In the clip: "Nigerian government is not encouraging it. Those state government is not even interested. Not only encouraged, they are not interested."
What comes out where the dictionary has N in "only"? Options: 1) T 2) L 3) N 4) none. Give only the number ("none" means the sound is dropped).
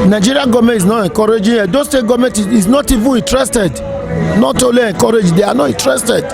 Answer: 4